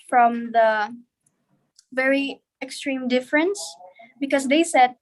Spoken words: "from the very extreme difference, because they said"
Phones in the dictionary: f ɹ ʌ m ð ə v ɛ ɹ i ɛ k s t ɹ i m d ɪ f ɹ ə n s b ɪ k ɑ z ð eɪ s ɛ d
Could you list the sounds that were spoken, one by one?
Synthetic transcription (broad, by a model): f ɹ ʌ m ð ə v ɛ ɹ i ɛ k s t ɹ i m d ɪ f ɹ ə n s b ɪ k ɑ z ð eɪ s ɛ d